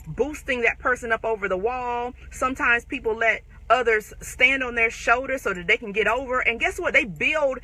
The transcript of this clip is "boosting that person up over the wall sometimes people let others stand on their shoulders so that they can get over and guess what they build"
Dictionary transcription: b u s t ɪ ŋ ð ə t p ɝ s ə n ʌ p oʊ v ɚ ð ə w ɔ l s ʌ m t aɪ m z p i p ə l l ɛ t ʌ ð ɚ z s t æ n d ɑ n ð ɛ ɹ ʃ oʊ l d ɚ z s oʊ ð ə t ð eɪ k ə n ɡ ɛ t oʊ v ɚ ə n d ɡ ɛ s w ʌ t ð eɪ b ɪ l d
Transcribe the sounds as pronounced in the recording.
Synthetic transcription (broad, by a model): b u s t ɪ ŋ ð ə t p ɝ s ə n ʌ p oʊ v ɚ ð ə w ɔ l s ʌ m t aɪ m z p i p l l ɛ t ʌ ð ɚ z s t æ n d n ð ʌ ɹ ʃ oʊ l d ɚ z s oʊ ð ə t ð eɪ k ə n ɡ ɛ t oʊ v ɚ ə n ɡ ɛ s w ʌ t ð eɪ b ɪ l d